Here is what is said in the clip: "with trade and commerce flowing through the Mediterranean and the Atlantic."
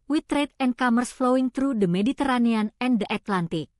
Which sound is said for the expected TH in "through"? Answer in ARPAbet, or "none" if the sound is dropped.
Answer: T